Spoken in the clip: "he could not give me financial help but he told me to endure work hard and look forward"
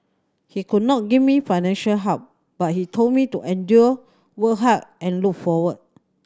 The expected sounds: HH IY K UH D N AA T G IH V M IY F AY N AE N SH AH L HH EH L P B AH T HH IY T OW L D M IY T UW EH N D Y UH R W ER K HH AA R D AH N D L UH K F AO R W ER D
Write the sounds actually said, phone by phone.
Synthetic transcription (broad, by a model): HH IY K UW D N AA T G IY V M IY F AY N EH N SH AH L HH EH P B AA T HH IY T OW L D M IY T UW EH N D Y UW W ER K HH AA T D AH N L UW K F AO W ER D